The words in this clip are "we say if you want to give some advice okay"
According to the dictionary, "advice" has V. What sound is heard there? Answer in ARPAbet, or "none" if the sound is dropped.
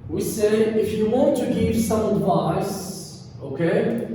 V